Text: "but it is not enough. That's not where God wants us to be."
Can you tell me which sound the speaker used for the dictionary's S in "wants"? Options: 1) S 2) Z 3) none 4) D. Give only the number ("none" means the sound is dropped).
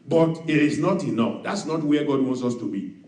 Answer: 1